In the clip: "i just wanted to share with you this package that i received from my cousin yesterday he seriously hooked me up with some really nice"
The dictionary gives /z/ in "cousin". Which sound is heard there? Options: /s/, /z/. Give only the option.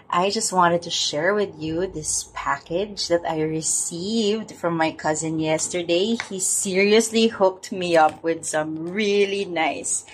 /z/